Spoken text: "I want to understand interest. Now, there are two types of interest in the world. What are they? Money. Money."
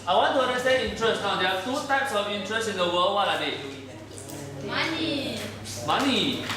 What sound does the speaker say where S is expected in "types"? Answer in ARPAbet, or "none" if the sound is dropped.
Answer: S